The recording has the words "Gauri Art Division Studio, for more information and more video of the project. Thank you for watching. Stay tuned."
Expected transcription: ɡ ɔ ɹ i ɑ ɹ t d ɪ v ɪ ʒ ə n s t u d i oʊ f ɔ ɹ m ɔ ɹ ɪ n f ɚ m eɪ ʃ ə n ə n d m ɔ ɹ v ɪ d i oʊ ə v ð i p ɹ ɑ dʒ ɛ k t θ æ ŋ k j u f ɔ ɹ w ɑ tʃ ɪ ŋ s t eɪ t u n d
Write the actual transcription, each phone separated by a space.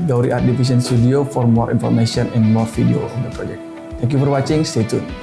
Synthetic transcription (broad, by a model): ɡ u ɹ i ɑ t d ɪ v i s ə n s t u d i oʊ f ɔ ɹ m ɔ ɹ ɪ n f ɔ m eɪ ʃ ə n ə n m ɔ ɹ f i d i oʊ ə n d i p ɹ ɑ dʒ ɛ k t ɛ ŋ k j u f ɔ ɹ w ɑ tʃ ɪ ŋ s t eɪ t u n